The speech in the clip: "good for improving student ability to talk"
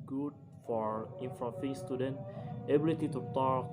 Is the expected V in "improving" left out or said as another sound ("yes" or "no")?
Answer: yes